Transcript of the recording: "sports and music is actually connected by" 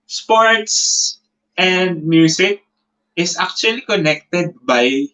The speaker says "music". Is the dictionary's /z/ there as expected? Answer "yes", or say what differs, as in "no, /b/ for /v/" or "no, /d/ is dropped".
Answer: no, /s/ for /z/